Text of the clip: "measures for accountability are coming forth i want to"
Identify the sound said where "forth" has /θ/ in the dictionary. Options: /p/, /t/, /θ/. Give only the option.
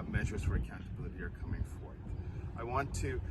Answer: /θ/